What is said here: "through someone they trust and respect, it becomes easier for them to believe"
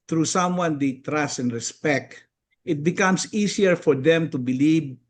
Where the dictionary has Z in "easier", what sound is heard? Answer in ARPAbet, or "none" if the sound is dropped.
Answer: S